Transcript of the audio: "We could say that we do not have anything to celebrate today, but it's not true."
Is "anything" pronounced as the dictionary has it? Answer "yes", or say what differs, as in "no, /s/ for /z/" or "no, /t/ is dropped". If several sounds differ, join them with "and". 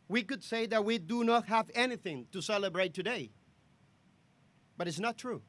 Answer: yes